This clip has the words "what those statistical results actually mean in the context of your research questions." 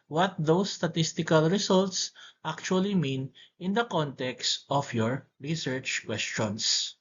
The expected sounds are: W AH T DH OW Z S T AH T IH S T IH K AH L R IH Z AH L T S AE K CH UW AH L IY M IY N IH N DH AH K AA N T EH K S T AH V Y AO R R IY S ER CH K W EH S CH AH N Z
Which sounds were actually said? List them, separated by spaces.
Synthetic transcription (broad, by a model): W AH T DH OW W S T AH T IH S T IH K AH L R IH S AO L T S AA K CH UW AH L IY M IY N IH N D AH K AA N T EH K S T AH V Y AO R R IY S ER CH K W EH S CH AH N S